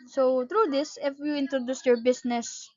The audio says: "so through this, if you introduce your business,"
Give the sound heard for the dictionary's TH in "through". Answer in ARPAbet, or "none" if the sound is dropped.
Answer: T